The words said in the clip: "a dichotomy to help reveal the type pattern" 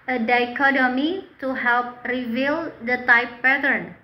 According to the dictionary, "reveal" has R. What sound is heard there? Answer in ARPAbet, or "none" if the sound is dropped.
R